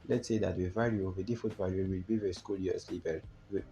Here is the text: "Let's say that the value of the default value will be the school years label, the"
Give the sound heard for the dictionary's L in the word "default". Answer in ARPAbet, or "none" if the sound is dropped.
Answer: none